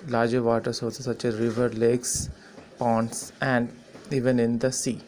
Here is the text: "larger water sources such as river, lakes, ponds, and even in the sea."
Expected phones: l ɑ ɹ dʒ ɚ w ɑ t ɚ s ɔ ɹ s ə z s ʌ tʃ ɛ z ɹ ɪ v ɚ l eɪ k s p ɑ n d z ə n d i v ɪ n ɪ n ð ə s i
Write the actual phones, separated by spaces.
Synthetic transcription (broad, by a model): l ɑ ɹ dʒ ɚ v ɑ t ɚ s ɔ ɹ s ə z s ʌ tʃ ɛ z ɹ ɪ v ɚ l eɪ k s p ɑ n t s ə n d i v ɪ n ɪ n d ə s i